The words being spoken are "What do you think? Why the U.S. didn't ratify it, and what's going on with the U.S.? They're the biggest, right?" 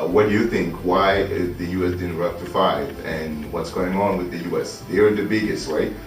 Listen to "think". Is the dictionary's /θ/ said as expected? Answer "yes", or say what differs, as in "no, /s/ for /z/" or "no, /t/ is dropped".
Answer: yes